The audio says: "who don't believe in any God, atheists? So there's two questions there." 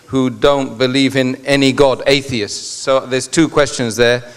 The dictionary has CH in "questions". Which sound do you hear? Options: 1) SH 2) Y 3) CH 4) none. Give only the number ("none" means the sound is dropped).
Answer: 3